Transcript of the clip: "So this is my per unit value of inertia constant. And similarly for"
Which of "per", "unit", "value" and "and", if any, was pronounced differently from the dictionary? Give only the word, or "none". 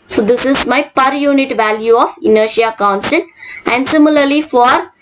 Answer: none